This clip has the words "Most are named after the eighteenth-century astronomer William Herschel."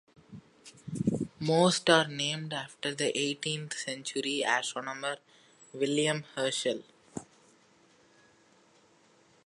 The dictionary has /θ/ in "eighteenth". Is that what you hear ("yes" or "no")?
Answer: no